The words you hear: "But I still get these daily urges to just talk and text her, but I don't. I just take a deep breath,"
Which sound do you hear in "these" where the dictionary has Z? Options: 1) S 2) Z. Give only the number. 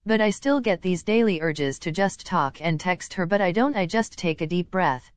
2